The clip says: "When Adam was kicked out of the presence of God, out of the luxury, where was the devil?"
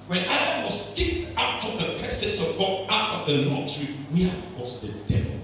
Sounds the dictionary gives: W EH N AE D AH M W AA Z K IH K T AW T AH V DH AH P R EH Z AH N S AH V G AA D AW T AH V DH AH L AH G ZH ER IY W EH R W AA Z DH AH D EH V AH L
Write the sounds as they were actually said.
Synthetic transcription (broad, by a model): W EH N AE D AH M W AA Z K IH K T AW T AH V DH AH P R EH S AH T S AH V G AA AW T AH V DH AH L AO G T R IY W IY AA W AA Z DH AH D EH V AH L